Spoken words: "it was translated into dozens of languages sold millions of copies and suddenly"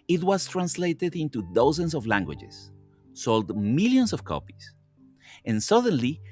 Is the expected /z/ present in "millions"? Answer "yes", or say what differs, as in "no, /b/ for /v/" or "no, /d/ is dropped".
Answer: no, /s/ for /z/